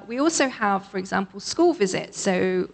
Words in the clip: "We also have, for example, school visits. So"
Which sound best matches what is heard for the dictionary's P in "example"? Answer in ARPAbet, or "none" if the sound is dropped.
P